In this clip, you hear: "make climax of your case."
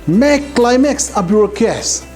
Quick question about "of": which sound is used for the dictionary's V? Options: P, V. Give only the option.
P